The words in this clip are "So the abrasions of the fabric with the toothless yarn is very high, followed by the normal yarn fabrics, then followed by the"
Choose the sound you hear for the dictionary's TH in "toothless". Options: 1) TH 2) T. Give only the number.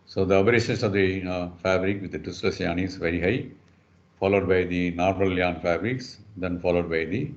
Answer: 2